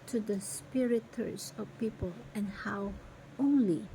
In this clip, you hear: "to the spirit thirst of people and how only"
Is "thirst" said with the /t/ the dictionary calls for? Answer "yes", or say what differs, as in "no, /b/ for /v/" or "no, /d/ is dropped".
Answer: no, /t/ is dropped